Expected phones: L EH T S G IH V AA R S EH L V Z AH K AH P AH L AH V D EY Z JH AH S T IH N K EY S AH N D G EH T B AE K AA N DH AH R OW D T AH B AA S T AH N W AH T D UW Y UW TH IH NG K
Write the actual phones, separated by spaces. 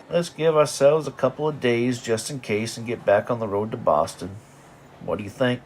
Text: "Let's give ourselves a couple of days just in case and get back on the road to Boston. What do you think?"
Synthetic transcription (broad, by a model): L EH T S G IH V AA R S EH L V Z AH K AH P L AH V D EY Z JH AH S T IH N K EY S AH N G EH T B AE K N DH AH R OW D T AH B AA S T AH N W AH T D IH Y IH TH IH NG K